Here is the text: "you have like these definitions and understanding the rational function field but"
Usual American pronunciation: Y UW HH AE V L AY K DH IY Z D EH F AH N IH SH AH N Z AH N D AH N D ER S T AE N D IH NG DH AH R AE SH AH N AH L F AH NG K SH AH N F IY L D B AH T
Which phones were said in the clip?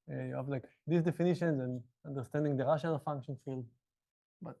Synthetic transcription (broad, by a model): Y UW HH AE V L AY K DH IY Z D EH F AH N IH SH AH N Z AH N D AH N D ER S T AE N D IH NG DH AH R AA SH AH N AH L F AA NG K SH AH N F IY L D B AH T